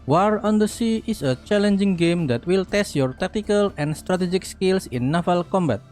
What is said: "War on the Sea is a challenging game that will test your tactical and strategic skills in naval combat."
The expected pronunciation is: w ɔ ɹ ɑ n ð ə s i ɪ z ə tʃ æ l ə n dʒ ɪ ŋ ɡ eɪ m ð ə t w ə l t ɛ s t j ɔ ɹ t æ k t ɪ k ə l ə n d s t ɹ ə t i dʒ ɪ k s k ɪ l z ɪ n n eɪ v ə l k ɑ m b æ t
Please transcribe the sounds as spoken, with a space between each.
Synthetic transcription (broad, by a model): w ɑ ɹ ɑ n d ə s i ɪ s ə tʃ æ l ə n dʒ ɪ ŋ ɡ eɪ m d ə t w ə l t ɛ s t j ɔ ɹ t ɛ k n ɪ k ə l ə n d s t ɹ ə t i dʒ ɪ k s k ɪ l s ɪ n n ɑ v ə l k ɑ m b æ t